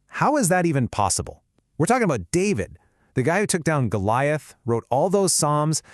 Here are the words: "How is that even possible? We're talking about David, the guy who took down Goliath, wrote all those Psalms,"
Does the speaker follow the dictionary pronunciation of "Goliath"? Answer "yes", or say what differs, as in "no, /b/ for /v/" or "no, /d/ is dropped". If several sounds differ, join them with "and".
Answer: yes